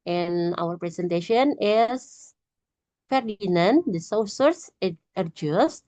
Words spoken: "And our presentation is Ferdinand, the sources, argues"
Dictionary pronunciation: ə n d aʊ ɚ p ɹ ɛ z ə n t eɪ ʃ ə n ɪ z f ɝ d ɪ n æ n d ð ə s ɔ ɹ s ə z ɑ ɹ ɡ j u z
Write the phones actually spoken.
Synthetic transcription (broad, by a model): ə n aʊ ɚ p ɹ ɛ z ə n t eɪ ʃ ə n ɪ s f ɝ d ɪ n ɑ n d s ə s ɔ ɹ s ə ɑ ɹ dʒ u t